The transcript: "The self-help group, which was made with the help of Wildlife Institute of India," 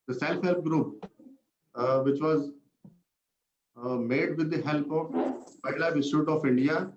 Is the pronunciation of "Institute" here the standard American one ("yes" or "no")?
no